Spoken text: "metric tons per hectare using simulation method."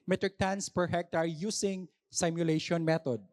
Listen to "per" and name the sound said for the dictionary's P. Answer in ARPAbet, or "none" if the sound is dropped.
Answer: P